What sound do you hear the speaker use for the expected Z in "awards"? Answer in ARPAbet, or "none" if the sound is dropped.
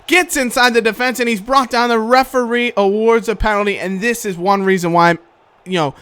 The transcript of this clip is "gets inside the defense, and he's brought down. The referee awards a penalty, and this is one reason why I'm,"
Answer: Z